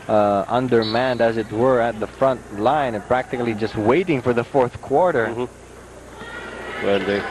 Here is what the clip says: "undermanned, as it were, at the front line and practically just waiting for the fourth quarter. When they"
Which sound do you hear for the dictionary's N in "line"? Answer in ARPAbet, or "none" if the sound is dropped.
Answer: none